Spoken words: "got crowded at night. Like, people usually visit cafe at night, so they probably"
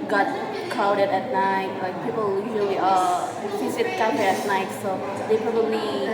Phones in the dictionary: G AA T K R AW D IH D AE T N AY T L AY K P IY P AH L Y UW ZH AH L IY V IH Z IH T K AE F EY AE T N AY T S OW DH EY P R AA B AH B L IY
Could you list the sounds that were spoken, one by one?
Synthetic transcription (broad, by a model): G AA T K AW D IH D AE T N AY T L AY K P IY P AH L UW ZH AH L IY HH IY S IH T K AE EY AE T N AY T S OW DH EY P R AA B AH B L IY